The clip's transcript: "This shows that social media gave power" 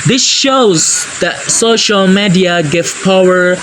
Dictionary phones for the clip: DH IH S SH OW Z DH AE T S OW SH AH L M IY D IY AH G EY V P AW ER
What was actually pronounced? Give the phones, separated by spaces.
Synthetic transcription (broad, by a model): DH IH S SH OW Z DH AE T S OW SH AH L M IY D IY AH G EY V P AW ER